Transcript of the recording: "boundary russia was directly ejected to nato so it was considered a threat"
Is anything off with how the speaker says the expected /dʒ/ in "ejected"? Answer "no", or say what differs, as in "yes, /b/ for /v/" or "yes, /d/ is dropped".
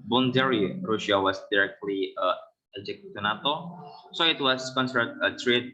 yes, /dʒ/ is dropped